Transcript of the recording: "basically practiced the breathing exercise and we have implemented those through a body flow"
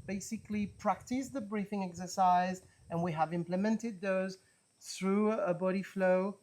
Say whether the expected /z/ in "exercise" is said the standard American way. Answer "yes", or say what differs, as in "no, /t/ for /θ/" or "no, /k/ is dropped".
yes